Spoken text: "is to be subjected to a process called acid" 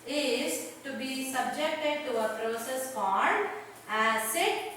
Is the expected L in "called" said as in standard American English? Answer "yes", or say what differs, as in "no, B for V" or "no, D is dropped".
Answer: no, N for L